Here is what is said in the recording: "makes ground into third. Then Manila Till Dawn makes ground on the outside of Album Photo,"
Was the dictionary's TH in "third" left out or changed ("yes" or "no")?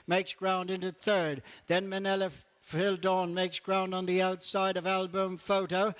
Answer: no